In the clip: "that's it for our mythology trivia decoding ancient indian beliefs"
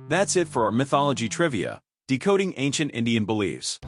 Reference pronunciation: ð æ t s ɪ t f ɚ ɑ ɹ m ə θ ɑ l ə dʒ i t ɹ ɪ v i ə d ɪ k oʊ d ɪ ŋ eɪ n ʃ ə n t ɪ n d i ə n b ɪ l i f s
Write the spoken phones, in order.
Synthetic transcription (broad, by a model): ð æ t s ɪ t f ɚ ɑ ɹ m ə θ ɑ l ə dʒ i t ɹ ɪ v i ə d ɪ k oʊ d ɪ ŋ eɪ n ʃ ə n t ɪ n d i ə n b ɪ l i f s